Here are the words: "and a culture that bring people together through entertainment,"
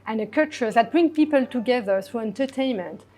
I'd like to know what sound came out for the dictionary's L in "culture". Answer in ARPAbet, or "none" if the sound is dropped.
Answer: none